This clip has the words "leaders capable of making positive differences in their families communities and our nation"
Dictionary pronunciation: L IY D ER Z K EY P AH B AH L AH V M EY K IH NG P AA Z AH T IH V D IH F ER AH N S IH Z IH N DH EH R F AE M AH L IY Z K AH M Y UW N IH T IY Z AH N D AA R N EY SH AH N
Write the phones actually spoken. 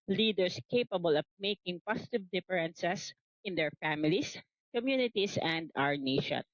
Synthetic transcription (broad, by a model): L IY D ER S K EY P AH B AH L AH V M EY K IH NG P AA S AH T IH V D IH F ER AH N S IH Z IH N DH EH R F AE M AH L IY S K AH M Y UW N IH T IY S AH N D AA R N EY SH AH N